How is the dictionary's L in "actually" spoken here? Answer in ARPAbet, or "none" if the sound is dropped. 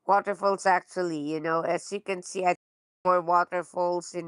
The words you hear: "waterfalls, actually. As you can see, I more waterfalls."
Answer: N